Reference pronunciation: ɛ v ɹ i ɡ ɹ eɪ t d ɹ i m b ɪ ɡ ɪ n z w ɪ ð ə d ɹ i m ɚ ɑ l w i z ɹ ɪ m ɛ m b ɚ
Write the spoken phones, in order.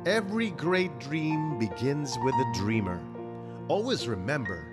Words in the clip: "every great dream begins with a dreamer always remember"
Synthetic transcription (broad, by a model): ɛ v ɹ i ɡ ɹ eɪ t d ɹ i m b ɪ ɡ ɪ n z w ɪ ð ə d ɹ i m ɚ ɑ l w i z ɹ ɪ m ɛ m b ɚ